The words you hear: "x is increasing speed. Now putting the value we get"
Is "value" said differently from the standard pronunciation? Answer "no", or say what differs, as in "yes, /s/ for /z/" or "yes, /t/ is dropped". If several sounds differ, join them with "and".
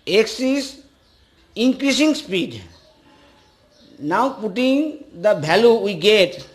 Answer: yes, /b/ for /v/